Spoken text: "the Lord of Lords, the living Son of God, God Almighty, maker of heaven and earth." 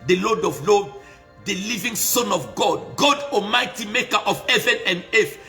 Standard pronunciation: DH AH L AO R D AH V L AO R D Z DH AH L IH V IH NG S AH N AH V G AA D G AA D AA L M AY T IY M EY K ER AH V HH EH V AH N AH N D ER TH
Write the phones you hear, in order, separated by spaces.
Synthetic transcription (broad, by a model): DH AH L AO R D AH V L AO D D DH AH L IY V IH NG S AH N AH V G AA D G AA D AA M AY T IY M EY K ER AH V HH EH V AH N AH N D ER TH